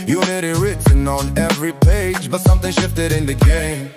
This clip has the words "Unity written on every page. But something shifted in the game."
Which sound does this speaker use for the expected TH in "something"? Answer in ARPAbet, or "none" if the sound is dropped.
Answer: TH